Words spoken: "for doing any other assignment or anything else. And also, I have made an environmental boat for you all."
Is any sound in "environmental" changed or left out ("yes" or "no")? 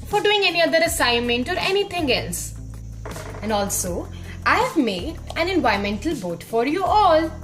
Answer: yes